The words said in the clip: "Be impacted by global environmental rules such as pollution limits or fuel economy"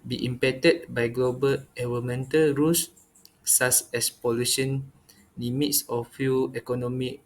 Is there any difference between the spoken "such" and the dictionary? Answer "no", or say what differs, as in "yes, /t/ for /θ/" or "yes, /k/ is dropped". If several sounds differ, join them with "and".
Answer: yes, /s/ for /tʃ/